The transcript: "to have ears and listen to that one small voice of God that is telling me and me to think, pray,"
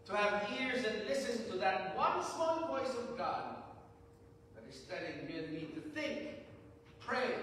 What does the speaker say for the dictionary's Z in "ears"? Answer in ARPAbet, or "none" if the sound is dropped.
Z